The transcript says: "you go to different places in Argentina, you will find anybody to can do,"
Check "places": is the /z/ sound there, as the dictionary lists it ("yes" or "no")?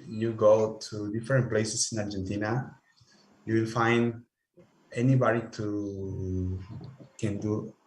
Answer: no